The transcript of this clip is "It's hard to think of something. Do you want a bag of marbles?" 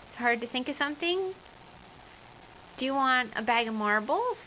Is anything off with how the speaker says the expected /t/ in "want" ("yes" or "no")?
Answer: no